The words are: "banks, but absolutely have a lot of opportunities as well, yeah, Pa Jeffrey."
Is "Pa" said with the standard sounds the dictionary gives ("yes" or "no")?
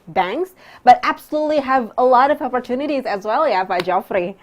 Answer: no